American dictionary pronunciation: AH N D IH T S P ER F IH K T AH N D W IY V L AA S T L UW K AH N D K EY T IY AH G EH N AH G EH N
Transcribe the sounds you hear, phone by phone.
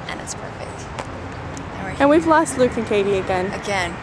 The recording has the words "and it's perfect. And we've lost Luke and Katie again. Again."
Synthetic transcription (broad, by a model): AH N IH T S P ER F IH K T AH N W IY V L AA S T L UW K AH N K EY T IY AH G EH N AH G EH N